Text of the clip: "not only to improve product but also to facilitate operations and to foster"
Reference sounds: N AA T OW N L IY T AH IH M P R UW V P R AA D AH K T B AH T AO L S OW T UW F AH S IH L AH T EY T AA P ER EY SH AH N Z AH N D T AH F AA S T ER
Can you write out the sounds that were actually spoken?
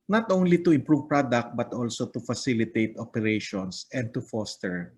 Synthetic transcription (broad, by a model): N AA T OW N L IY T AH IH M P R UW V P R AA D AH K T B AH T AO L S OW T UW F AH S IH L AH T EY T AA P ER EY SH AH N S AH N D T AH F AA S T ER